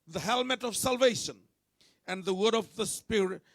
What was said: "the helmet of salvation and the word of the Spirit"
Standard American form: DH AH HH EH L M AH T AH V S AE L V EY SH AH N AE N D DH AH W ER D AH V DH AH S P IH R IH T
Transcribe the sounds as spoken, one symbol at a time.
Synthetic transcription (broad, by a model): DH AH HH EH L M AH T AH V S AE L V EY SH AH N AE N D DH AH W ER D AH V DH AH S P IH R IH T